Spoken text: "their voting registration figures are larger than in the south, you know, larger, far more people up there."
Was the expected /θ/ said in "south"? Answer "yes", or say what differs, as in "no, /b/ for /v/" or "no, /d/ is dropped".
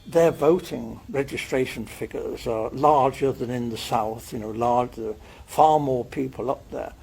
yes